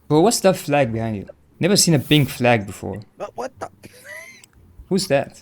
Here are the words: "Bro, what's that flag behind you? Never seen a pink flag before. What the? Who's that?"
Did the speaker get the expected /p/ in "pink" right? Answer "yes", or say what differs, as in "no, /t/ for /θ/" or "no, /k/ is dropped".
no, /b/ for /p/